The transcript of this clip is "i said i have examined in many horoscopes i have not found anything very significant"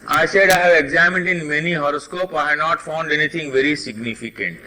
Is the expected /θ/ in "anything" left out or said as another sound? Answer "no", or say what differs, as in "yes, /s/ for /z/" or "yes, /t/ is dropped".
yes, /t/ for /θ/